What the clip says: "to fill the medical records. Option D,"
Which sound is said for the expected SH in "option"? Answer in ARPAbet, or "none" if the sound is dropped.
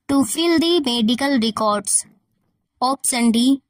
S